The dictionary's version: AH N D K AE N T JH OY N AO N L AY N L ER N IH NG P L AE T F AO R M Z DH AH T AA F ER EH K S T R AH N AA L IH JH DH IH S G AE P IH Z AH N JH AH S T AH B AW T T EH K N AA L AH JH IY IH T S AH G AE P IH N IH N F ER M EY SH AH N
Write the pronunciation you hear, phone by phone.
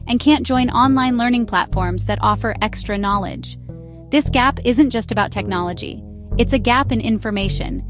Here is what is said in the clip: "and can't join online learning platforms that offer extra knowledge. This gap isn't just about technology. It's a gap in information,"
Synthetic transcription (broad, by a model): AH N K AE N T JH OY N AO N L AY N L ER N IH NG P L AE T F AO R M Z DH AH T AA F ER EH K S T R AH N AA L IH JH DH IH S G AE P IH Z AH N JH AH S T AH B AW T T EH K N AA L AH JH IY IH T S AH G AE P IH N IH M F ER M EY SH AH N